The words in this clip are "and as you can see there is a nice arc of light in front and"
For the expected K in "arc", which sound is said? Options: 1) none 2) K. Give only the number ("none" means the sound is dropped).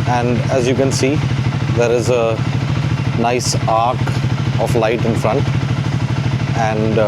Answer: 2